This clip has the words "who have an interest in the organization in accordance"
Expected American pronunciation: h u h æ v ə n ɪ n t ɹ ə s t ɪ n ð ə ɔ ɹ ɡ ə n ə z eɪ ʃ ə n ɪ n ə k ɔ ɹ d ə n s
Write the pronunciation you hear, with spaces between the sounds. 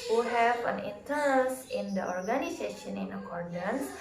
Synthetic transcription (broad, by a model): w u h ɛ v ə n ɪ n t ə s ɪ n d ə ɔ ɹ ɡ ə n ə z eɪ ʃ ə n ɪ n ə k ɔ ɹ d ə n s